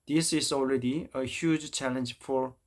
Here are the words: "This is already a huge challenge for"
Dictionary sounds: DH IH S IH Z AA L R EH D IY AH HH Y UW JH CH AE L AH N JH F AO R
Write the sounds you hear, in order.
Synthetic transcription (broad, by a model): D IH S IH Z AA L R EH D IY AH HH Y UW JH CH AE L AH N JH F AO R